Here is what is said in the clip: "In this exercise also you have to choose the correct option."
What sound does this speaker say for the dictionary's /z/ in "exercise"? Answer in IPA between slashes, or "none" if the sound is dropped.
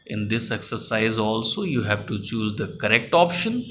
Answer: /z/